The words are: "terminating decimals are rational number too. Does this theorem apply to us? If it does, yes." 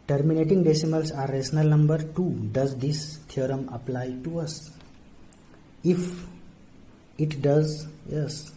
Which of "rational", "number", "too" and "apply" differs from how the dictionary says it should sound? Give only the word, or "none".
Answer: rational